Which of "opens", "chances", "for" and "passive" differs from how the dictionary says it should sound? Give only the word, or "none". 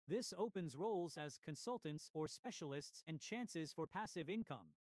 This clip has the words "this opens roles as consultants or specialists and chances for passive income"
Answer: none